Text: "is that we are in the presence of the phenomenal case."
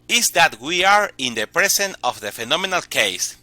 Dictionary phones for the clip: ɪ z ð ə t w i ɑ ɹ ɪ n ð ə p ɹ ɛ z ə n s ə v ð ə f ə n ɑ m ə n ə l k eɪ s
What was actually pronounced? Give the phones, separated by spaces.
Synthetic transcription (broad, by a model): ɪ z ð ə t w i ɑ ɹ ɪ n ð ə p ɹ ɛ s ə n ə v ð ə f ə n ɑ m ə n ə l k eɪ s